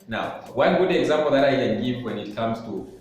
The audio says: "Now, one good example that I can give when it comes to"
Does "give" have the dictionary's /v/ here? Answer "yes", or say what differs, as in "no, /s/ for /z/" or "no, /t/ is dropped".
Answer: no, /f/ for /v/